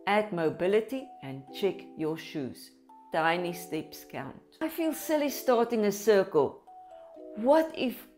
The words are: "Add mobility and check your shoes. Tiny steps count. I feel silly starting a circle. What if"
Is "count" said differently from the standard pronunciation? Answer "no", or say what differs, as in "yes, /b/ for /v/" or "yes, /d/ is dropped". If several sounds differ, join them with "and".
no